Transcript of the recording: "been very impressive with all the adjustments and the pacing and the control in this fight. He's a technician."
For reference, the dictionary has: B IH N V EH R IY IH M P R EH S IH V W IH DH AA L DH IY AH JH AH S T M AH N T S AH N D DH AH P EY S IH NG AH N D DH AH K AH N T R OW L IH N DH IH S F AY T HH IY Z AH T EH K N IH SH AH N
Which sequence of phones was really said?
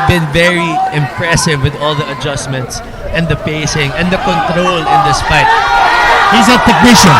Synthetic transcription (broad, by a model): B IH N V EH R IY IH M P R EH S IH V W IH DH AA L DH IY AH JH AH S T M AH N T S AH N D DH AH P EY S IH NG AH N D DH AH K AH N T R OW L IH N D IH S P AY T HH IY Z AH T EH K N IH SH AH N